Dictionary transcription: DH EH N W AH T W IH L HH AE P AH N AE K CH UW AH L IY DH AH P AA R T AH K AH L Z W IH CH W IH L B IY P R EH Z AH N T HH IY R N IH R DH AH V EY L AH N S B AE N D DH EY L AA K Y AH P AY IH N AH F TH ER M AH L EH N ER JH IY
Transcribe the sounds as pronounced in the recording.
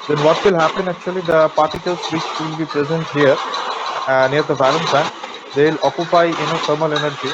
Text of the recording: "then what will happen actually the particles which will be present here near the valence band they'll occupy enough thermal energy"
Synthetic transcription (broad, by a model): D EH N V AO T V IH L HH AE P AH N AE K CH UW AH L IY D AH P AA R T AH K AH L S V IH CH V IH L B IY P R EH Z AH N T HH IY R N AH R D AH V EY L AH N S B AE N D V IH L AA K Y AH P AY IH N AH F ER M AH L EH N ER JH IY